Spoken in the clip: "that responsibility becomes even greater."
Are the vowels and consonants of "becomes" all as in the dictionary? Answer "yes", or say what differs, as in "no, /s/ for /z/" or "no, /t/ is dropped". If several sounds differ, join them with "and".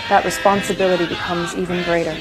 yes